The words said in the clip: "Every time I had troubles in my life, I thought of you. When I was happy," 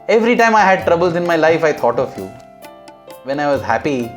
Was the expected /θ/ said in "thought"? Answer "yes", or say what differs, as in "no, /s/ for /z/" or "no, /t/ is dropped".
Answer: no, /t/ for /θ/